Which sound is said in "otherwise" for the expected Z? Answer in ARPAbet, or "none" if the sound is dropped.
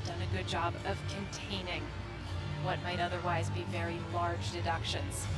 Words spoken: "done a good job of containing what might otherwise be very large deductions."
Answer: Z